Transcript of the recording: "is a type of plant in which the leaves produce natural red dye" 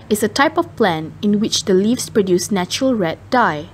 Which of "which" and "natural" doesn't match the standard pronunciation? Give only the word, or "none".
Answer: none